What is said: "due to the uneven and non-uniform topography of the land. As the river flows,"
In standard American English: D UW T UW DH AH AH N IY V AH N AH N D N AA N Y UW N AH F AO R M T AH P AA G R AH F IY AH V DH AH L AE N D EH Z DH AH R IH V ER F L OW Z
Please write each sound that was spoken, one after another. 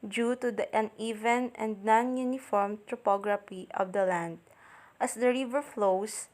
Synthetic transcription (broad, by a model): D UW T UW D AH AH N IY V AH N AH N D N AA N Y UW N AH F AO R M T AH P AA G R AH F IY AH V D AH L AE N D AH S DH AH R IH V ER F L OW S